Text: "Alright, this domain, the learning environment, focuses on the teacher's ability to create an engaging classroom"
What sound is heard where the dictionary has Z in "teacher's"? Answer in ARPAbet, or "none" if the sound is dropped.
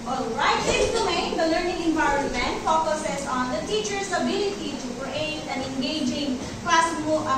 S